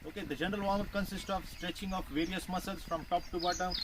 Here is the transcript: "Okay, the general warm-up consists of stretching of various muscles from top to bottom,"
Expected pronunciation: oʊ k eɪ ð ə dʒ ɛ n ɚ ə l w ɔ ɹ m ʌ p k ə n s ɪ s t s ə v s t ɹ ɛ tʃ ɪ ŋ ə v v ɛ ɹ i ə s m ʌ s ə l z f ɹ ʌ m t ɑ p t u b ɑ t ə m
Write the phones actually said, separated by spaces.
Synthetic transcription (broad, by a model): oʊ k eɪ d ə dʒ ɛ n ɚ ə l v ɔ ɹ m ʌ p k ə n s ɪ s t s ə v s t ɹ ɛ tʃ ɪ ŋ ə f v ɛ ɹ i ə s m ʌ s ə l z f ɹ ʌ m t ɑ p t u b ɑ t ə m